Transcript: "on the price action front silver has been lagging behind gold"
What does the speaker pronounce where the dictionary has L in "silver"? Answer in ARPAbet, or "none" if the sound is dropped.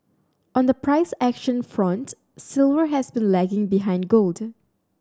L